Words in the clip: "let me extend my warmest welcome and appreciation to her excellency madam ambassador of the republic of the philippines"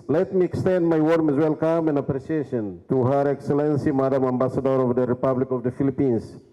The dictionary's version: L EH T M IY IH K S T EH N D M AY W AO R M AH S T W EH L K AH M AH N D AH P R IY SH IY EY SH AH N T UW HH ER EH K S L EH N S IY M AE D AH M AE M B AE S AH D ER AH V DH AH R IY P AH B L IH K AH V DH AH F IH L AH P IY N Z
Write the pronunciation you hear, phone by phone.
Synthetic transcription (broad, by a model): L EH T M IY IH K S T EH N D M AY W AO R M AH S W EH L K AH M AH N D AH P R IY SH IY EY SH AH N T UW HH ER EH K S L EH N S IY M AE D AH M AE M B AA S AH D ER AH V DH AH R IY P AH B L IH K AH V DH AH F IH L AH P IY N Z